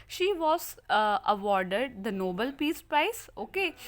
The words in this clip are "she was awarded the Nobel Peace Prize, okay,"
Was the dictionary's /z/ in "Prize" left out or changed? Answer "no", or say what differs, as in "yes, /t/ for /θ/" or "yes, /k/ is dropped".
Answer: yes, /s/ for /z/